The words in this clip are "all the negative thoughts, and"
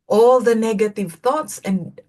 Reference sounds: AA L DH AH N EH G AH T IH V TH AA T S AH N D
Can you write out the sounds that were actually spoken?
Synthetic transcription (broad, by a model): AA L DH AH N EH G AH T IH V TH AA T S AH N